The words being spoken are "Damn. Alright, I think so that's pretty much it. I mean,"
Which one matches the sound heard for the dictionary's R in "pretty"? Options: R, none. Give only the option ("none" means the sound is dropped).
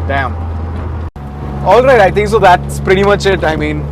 R